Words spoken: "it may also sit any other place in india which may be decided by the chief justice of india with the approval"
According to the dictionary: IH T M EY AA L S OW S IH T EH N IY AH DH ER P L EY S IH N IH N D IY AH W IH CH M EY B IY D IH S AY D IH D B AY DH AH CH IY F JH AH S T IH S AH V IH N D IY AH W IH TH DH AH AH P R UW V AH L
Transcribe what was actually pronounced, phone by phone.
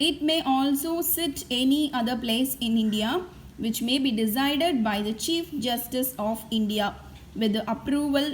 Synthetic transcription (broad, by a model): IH T M EY AA L S OW S IH T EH N IY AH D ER P L EY S IH N IH N D IY AH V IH CH M EY B IY D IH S AY D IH D B AY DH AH CH IY F JH AH S T IH S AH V IH N D IY AH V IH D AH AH P R UW V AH L